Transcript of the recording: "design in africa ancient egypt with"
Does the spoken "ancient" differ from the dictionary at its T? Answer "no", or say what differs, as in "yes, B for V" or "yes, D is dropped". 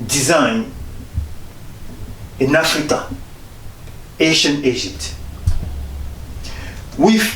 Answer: yes, T is dropped